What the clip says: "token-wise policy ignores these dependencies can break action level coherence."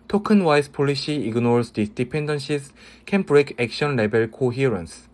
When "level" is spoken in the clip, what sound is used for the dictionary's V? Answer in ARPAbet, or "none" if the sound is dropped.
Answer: B